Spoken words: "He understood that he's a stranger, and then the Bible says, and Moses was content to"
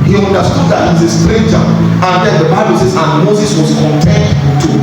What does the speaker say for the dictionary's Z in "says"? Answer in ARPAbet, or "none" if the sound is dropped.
S